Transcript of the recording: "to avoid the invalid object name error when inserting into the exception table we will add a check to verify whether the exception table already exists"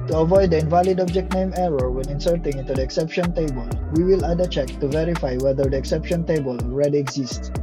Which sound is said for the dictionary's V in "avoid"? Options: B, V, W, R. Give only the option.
V